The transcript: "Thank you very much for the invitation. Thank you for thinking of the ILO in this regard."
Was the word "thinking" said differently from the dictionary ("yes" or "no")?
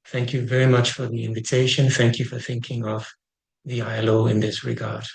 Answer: no